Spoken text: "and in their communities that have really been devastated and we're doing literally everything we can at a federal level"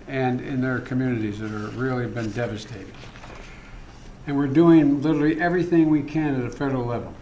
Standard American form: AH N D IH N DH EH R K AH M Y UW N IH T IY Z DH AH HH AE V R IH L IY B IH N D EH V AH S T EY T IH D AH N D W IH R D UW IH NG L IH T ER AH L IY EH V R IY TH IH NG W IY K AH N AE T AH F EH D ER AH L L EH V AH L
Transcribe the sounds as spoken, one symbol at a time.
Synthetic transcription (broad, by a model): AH N IH N DH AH R K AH M Y UW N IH T IY Z DH AH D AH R R IH L IY B IH N D EH V AH S T EY T IH D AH N W IH R D UW IH NG L IH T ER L IY EH V R IY TH IH NG W IY K AH N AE T AH F EH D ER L L EH V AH L